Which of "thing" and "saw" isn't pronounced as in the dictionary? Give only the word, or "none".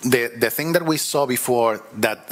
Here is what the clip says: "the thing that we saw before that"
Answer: none